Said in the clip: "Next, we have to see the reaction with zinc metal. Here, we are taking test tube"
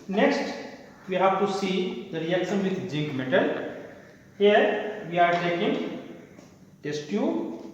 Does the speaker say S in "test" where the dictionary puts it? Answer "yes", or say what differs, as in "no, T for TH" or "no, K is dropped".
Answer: yes